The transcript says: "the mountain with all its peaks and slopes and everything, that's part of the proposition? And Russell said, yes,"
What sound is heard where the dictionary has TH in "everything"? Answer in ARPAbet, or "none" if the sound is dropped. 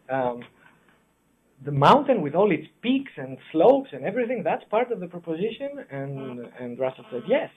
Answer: TH